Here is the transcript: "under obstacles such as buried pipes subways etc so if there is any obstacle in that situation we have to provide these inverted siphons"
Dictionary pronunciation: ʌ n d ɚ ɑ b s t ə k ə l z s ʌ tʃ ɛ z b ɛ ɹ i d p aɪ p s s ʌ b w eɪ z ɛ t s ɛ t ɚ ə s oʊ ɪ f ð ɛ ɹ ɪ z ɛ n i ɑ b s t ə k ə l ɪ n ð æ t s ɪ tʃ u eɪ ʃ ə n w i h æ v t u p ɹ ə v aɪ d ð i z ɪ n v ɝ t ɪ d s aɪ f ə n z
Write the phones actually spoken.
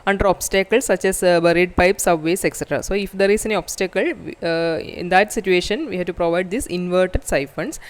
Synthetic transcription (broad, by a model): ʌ n d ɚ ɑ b s t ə k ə l s ʌ tʃ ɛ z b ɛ ɹ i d p aɪ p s s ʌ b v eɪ s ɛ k s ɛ t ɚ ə s oʊ ɪ f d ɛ ɹ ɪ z ɛ n i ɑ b s t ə k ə l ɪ n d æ t s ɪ tʃ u eɪ ʃ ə n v i h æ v t u p ɹ ə v aɪ d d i s ɪ n v ɝ t ɪ d s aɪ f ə n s